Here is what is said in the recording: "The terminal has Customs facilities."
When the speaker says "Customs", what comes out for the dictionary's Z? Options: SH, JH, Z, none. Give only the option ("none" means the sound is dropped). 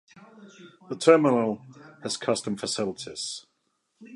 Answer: none